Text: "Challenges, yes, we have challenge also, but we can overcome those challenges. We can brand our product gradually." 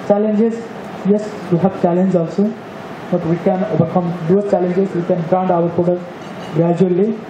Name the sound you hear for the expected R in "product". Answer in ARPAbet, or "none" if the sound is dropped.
none